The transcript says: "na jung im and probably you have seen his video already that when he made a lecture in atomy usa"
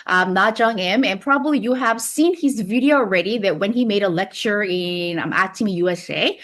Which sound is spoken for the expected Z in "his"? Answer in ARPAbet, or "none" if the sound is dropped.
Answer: Z